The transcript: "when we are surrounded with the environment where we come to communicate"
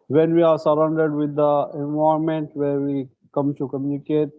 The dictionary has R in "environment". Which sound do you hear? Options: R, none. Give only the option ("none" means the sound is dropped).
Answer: none